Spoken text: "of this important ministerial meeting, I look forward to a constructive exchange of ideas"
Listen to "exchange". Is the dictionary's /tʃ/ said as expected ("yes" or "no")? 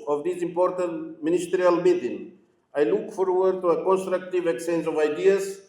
no